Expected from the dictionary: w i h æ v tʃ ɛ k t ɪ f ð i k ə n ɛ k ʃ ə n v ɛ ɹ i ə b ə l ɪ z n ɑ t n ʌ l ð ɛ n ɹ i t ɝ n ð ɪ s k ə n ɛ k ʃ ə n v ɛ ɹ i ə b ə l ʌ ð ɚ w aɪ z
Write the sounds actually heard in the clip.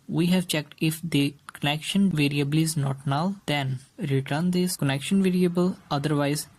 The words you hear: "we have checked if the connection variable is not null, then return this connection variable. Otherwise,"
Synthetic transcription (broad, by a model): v i h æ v tʃ ɛ k t ɪ f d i k ə n ɛ k ʃ ə n v ɛ ɹ i ə b ə l ɪ z n ɑ t n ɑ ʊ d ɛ n ɹ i t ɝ n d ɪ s k ə n ɛ k ʃ ə n v ɛ ɹ i ə b ə l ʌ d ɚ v aɪ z